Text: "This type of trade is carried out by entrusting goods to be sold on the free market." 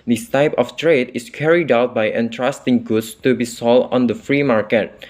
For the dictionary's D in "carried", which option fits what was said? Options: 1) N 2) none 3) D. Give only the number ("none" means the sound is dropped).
3